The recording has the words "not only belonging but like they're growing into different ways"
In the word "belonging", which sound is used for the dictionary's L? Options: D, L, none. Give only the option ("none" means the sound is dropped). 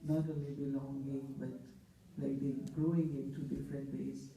L